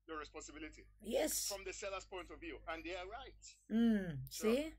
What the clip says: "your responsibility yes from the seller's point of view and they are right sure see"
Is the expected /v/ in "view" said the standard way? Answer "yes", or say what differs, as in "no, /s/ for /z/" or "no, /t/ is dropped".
yes